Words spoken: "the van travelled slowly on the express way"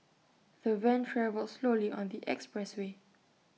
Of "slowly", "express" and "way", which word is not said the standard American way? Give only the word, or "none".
none